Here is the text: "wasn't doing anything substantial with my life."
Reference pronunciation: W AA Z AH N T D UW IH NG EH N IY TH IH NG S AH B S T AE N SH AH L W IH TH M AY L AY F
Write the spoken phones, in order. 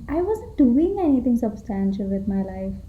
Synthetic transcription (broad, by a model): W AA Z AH N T D UW IH NG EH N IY T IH NG S AH B S T AE N SH AH L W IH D M AY L AY F